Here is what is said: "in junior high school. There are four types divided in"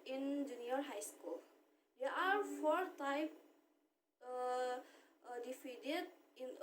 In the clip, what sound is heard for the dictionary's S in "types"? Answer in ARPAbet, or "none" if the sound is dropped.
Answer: none